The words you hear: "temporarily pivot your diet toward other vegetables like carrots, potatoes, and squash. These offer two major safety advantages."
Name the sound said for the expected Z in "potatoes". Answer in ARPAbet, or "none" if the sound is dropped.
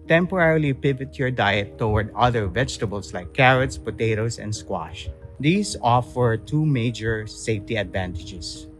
S